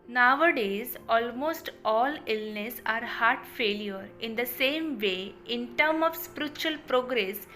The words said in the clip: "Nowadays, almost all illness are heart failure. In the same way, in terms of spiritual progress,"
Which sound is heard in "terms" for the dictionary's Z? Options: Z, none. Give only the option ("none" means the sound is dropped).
none